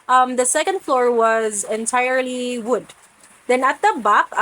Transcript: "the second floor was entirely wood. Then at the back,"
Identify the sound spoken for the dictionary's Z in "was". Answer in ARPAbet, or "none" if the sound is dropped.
Z